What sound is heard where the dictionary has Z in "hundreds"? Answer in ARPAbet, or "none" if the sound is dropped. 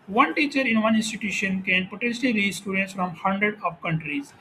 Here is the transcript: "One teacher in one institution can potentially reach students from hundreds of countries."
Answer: none